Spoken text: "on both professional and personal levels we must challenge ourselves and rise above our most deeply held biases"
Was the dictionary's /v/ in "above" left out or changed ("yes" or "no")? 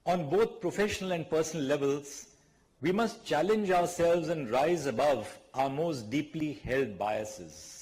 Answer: no